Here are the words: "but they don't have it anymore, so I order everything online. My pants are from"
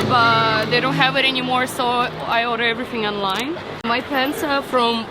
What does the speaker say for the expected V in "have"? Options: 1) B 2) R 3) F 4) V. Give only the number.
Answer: 4